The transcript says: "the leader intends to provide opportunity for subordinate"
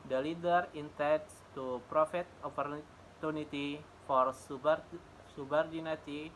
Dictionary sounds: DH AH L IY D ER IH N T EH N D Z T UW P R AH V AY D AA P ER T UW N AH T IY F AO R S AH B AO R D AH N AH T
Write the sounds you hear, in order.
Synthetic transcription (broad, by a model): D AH L IY D ER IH N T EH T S T UW P R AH F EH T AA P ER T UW N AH T IY F AO R S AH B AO R D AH N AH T